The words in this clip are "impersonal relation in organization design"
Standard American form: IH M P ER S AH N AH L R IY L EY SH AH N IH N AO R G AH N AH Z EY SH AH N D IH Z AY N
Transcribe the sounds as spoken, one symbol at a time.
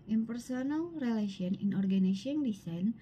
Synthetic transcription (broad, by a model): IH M P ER S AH N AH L R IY L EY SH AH N IH N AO R G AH N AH S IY AH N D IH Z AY N